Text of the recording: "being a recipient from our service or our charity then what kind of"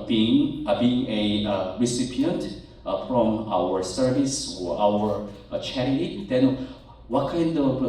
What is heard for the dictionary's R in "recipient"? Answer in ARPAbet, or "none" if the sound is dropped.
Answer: R